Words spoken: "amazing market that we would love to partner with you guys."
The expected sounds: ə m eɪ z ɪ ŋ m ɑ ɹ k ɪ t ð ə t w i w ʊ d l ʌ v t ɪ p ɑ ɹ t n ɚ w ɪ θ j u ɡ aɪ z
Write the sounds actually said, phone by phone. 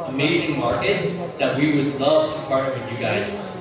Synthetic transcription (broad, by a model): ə m eɪ z ɪ ŋ m ɑ ɹ k ɪ t ð ə t w i w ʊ d l ʌ v t ɪ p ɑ ɹ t ɚ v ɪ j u ɡ aɪ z